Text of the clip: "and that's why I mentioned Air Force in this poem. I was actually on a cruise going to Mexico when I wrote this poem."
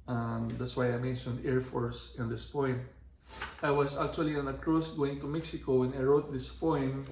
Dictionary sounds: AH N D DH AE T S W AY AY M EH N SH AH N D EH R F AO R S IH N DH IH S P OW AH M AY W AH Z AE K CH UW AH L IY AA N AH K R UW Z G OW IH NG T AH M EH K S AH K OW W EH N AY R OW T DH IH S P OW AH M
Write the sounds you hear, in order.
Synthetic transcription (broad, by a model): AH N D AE T S W AY AY M EH N SH AH N D EH R F AO R S IH N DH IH S P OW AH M AY W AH S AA K CH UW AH L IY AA N AH K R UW S G OW IH NG T AH M EH K S AH K OW W EH N AY R OW T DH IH S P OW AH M